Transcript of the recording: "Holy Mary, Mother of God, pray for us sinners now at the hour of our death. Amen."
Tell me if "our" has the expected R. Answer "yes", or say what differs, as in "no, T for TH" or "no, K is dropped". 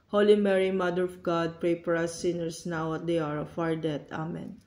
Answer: yes